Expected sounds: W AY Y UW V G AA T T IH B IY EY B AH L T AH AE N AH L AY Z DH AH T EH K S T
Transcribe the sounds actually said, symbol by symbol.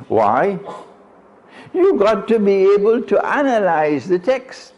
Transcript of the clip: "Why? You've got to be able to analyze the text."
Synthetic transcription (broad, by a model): W AY Y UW G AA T T IH B IY EY B AH L T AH AE N AH L AY Z DH AH T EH K S T